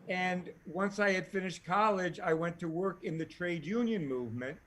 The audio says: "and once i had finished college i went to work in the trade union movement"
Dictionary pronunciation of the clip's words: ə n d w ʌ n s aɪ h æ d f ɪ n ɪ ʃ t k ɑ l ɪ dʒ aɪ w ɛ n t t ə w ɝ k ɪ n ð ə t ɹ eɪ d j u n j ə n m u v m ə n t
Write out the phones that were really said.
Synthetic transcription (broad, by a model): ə n w ʌ n s aɪ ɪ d f ɪ n ɪ ʃ t k ɑ l ɪ dʒ aɪ w ɛ n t t ə w ɝ k ɪ n ð ə t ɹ eɪ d j u n j ə n m u v m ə n t